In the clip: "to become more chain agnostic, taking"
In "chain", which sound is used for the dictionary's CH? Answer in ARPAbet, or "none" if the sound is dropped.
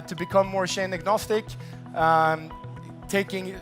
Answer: SH